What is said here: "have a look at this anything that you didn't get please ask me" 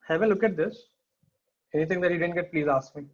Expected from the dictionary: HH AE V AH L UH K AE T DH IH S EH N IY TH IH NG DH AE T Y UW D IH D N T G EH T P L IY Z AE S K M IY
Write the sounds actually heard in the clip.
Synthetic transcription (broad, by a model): HH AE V AH L UH K AE T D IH S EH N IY T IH NG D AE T Y UW D IH D N T G EH T P L IY Z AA S K M IY